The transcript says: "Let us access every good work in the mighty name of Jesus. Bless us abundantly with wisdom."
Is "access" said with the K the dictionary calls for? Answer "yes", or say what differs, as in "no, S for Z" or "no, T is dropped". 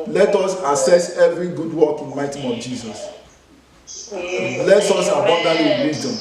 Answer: no, K is dropped